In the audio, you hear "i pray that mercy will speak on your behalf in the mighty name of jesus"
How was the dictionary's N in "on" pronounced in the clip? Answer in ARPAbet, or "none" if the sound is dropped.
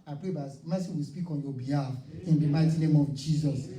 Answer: N